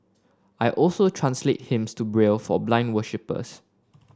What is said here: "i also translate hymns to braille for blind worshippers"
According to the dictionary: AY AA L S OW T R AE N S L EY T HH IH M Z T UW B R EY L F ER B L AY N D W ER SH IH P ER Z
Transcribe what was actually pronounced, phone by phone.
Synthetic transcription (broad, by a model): AY AA L S OW T R AE N S L EY T HH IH M S T UW B R EY L F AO B L AY N D W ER SH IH P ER S